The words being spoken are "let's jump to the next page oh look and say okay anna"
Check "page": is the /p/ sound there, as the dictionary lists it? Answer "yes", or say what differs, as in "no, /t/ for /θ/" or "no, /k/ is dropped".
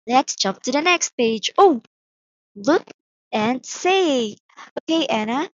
yes